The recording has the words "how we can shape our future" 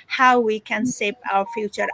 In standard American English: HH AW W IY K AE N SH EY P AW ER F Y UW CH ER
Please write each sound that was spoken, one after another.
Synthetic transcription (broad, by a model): HH AW W IY K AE N S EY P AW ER F Y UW CH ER